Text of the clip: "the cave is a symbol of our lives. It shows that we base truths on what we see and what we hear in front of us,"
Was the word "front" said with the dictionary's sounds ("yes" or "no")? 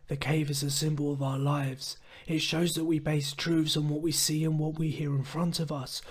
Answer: yes